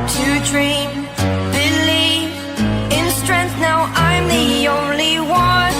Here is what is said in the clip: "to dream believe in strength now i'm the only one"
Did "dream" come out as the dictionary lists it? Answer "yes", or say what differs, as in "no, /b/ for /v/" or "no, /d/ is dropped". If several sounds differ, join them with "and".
yes